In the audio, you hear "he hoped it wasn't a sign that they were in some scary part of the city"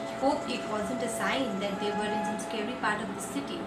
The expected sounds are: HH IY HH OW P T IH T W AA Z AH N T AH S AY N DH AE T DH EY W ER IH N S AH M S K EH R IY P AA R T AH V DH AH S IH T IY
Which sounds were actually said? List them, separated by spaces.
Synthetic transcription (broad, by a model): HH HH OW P IH T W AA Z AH N T AH S AY N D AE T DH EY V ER IH N S AH M S K EH R IY P AA R T AH V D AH S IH T IY